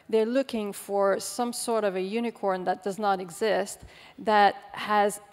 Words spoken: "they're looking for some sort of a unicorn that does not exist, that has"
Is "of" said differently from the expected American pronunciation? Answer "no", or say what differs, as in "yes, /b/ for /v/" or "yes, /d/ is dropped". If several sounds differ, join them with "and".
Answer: no